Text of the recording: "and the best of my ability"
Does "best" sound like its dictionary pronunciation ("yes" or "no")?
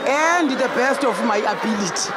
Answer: yes